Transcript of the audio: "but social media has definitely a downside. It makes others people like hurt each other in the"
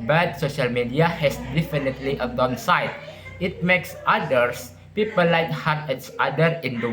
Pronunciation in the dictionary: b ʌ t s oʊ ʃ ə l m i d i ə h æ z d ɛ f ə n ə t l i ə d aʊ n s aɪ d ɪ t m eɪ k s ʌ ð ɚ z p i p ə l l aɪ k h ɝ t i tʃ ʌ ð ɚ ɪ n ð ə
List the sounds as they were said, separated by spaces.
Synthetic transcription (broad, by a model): b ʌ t s oʊ ʃ ə l m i d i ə h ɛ s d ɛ f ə n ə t l i ə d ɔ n s aɪ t ɪ t m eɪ k s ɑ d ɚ s p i p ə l l aɪ k h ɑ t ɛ s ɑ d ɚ ɪ n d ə